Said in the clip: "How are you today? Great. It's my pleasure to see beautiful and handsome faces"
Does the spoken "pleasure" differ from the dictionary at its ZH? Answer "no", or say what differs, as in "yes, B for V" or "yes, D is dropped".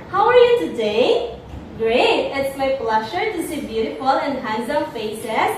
yes, SH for ZH